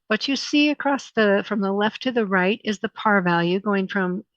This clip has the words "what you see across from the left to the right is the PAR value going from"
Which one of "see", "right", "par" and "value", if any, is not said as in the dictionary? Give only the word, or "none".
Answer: none